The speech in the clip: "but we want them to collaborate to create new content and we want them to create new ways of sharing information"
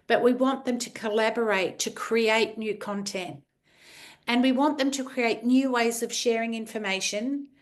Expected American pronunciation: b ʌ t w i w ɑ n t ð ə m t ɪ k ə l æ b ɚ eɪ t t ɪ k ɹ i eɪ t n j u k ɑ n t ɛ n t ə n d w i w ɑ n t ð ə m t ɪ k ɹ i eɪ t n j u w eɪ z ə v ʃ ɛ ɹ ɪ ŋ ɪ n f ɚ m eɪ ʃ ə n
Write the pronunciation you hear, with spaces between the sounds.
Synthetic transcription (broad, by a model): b ʌ t w i w ɑ n ð ə m t ɪ k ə l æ b ɚ eɪ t t ɪ k ɹ i eɪ t n j u k ɑ n t ɛ n t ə n w i w ɑ n ð ə m t ɪ k ɹ i eɪ t n j u w eɪ z ə v ʃ ɛ ɹ ɪ ŋ ɪ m f ɚ m eɪ ʃ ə n